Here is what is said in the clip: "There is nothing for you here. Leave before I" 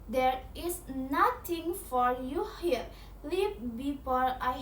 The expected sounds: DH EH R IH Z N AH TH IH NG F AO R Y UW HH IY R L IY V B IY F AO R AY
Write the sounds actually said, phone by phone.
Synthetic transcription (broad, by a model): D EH R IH S N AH T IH NG F AO R Y UW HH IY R L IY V B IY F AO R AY